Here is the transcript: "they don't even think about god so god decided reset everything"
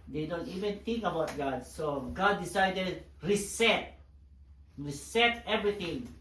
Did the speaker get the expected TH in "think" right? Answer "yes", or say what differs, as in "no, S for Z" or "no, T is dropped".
no, T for TH